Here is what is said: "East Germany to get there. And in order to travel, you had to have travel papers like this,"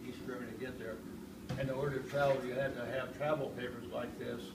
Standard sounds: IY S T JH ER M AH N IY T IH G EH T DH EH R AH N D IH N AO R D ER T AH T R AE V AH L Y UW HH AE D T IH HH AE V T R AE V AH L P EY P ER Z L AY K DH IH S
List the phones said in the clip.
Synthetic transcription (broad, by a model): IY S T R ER AH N T IH G EH T DH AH R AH N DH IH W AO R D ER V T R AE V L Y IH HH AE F T IH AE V T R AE V L P EY P ER Z L AY K DH IH S